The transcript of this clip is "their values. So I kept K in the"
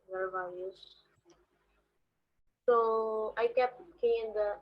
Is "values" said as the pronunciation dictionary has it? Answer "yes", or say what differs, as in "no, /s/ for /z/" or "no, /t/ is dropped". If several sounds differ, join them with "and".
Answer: no, /l/ is dropped